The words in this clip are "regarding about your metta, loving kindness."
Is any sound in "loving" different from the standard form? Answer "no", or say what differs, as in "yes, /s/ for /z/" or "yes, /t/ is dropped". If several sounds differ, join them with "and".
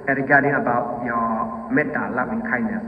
yes, /v/ is dropped